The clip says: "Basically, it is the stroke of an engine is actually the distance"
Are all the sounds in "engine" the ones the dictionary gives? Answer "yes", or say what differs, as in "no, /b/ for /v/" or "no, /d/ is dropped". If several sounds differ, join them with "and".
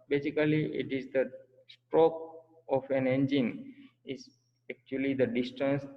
yes